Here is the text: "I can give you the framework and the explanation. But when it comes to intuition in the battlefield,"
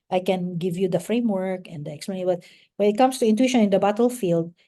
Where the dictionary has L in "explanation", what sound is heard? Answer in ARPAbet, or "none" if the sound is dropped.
none